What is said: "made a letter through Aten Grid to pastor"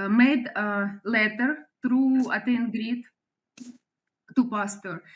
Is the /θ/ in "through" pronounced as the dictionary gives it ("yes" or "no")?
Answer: no